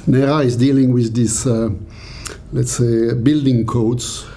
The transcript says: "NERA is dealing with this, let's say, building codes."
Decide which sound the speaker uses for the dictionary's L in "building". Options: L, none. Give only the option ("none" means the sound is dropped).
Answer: L